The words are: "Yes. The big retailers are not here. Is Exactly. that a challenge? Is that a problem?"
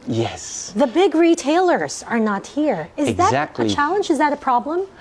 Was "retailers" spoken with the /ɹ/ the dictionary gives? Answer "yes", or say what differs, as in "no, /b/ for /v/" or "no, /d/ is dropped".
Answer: yes